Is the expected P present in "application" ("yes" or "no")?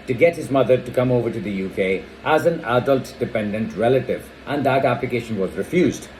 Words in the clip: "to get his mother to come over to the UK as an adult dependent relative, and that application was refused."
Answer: yes